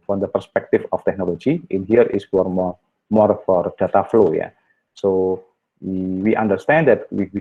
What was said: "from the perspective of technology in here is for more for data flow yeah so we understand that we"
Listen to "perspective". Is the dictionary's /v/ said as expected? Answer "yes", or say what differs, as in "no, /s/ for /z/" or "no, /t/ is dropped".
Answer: no, /f/ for /v/